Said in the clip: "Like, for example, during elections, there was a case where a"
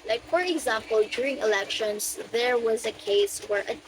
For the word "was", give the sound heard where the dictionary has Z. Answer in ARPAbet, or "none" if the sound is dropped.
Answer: Z